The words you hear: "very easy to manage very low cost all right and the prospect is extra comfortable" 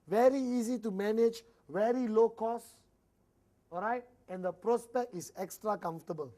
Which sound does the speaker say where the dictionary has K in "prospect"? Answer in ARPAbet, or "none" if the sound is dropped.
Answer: K